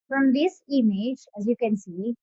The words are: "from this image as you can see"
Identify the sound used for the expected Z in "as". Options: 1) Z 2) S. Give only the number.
1